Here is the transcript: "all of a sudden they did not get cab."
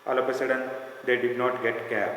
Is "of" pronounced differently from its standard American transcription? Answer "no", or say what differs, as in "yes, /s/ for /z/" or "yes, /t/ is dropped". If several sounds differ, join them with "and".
yes, /p/ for /v/